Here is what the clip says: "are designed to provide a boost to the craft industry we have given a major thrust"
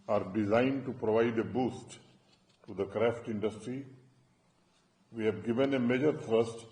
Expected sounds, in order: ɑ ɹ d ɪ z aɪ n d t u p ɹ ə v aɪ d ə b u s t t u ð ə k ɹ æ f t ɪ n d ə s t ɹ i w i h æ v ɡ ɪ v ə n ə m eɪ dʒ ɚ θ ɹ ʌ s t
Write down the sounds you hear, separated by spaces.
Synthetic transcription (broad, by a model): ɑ ɹ d ɪ z aɪ n d t u p ɹ ə v aɪ d ə b u s t t u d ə k ɹ æ f t ɪ n d ə s t ɹ i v i h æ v ɡ ɪ v ə n ə m eɪ dʒ ɚ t ɹ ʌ s t